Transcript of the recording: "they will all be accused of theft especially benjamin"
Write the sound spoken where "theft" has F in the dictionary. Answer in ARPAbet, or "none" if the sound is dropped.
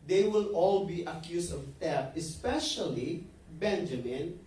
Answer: none